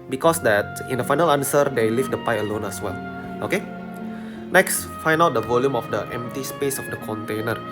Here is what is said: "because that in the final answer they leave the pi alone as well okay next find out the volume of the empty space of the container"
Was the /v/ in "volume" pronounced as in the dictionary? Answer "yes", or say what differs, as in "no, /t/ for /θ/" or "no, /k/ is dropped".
yes